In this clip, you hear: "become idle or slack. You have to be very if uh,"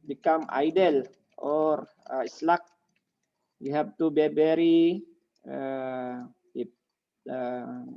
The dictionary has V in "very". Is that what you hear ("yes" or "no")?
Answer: no